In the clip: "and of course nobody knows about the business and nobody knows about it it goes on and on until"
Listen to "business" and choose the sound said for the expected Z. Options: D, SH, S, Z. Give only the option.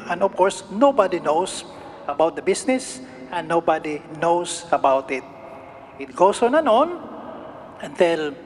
S